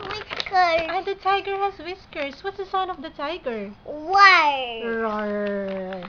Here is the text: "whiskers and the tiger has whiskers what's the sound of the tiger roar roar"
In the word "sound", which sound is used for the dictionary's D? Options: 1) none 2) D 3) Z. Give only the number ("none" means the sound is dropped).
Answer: 1